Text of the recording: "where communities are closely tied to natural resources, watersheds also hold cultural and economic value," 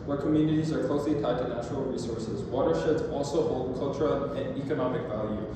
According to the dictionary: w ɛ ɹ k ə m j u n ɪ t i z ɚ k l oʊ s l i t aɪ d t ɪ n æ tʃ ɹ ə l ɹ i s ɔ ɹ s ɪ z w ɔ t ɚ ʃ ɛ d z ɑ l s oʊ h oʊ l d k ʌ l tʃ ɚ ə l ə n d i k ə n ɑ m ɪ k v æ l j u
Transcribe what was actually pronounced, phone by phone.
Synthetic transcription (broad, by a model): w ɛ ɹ k ə m j u n ɪ t i z ɚ k l oʊ s l i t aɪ t ɪ n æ tʃ ɹ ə l ɹ i s ɔ ɹ s ɪ z w ɔ t ɚ ʃ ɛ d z ɑ l s oʊ h oʊ l d k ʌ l tʃ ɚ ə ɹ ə n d i k ə n ɑ m ɪ k v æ l j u